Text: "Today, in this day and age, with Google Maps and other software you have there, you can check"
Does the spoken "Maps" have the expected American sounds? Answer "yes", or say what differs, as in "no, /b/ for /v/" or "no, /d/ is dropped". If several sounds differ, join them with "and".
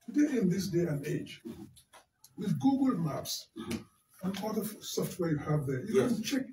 yes